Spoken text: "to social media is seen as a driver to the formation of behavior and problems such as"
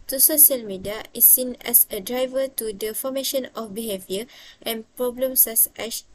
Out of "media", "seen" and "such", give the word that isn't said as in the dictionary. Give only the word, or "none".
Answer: such